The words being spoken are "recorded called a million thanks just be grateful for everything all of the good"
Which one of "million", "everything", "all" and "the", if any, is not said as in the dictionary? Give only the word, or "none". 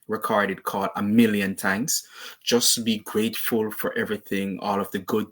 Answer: none